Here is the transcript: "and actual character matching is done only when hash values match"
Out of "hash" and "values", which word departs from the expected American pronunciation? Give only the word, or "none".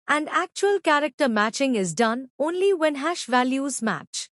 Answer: none